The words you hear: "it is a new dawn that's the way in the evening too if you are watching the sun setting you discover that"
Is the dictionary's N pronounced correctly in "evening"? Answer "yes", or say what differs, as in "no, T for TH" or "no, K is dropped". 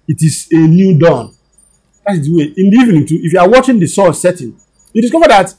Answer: yes